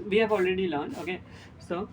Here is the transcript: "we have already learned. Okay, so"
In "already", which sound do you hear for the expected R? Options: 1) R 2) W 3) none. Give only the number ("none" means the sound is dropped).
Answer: 1